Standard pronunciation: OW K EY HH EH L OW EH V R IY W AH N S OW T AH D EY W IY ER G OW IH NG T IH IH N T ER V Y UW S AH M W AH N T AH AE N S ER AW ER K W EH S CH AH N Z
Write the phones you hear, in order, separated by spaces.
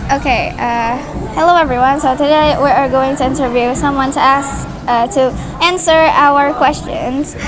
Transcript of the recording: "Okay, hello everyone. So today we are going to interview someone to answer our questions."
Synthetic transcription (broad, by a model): OW K EY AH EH L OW EH V R IY W AH N S OW T AH D EY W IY ER G OW IH NG T IH IH N T ER V Y UW S AH M W AH N T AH AE N S ER AW ER K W EH S CH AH N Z